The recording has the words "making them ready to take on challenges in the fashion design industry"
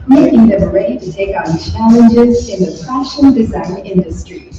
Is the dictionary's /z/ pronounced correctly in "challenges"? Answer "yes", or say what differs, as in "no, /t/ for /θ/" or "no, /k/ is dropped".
yes